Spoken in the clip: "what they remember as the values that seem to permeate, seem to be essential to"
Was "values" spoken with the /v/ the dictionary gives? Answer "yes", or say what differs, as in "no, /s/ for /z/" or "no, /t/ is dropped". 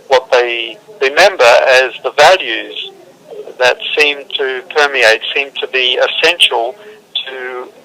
yes